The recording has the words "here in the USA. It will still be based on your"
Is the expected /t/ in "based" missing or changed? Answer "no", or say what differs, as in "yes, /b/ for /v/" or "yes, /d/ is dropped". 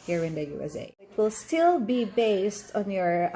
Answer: no